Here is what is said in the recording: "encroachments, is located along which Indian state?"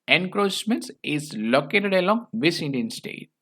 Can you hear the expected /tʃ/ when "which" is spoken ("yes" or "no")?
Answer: no